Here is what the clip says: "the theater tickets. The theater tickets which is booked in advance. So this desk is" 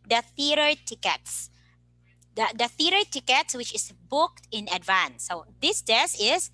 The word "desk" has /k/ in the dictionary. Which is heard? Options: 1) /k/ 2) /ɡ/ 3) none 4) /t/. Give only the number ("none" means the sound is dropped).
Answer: 3